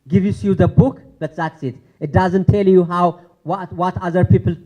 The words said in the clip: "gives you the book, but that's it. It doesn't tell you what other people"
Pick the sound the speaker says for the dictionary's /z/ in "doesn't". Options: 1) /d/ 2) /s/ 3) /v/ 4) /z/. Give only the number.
4